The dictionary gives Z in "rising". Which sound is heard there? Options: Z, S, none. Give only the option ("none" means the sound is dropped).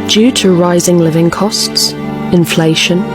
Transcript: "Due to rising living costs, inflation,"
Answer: Z